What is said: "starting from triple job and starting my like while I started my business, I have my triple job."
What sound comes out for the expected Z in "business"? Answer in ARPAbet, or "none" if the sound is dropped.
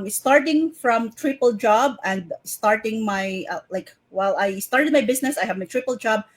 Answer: S